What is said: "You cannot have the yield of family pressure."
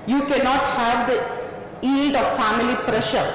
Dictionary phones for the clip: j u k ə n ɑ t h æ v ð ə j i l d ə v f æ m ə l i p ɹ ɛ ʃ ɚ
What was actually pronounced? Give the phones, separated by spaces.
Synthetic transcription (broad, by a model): j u k ə n ɑ t h æ v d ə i d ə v f æ m ə l i p ɹ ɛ ʃ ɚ